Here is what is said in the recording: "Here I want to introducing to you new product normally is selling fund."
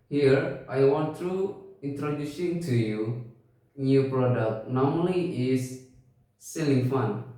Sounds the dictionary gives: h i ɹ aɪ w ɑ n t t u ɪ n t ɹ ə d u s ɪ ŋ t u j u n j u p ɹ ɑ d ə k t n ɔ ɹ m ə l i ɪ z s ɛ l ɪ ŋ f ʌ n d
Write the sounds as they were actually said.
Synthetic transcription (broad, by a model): h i ɹ aɪ w ɑ n t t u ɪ n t ɹ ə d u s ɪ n t u j u n j u p ɹ ɑ d ə k t n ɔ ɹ m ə l i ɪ s ɛ l ɪ ŋ f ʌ n